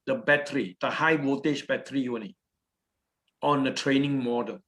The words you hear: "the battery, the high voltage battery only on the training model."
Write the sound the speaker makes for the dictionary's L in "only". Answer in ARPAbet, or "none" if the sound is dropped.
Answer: none